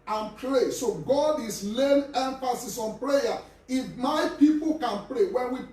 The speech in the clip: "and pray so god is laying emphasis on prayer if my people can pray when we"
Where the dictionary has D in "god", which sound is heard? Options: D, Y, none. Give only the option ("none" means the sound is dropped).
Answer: D